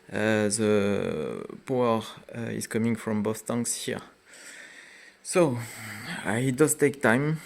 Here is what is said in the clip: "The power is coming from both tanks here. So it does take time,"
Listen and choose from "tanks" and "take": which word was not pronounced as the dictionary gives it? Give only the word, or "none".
tanks